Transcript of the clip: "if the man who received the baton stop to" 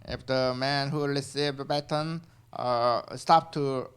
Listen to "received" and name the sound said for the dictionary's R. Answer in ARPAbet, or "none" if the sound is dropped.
L